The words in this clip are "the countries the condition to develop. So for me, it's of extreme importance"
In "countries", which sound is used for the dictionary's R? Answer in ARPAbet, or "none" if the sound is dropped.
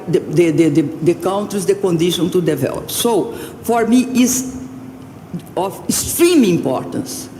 none